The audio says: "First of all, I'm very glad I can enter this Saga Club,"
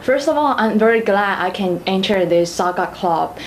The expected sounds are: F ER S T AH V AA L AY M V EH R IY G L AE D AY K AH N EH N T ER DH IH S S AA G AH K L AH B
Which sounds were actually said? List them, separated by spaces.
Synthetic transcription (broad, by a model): F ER S T AH V AA L AY M V EH R IY G L AE D AY K AH N EH N T ER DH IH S S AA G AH K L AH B